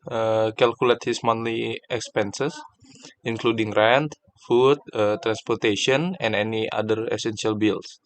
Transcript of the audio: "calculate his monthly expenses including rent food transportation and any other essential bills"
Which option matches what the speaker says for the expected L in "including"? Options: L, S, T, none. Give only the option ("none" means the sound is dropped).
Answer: L